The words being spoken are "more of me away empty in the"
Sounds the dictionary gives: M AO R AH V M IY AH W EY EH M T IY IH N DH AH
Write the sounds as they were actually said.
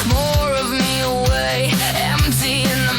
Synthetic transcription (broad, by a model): M AO R AH V M IY AH W EY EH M S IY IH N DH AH